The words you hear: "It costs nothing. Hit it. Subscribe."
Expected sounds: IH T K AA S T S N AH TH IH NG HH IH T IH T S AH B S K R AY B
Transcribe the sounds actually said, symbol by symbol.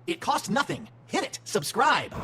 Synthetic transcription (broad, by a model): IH T K AA S T N AH TH IH NG HH IH T IH T S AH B S K R AY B